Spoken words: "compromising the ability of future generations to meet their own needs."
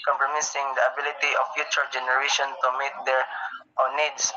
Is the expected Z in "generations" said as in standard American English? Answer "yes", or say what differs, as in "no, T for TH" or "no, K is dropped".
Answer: no, Z is dropped